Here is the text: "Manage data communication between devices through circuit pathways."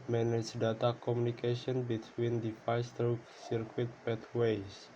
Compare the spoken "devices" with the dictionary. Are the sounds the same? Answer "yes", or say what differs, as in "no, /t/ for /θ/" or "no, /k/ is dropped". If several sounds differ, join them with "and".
no, /f/ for /v/